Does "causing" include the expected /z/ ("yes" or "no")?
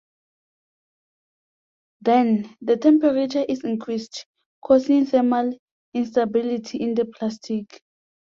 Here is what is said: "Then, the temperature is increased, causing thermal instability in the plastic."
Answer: no